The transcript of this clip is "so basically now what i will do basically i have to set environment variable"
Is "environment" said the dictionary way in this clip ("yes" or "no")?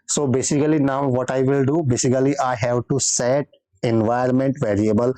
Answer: no